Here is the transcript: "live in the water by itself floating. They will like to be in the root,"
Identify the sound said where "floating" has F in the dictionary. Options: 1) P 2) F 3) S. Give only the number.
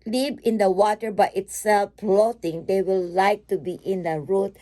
1